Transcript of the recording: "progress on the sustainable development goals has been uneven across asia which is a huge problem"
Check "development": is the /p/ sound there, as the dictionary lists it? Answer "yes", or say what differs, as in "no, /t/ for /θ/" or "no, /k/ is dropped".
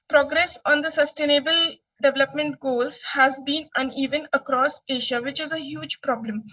yes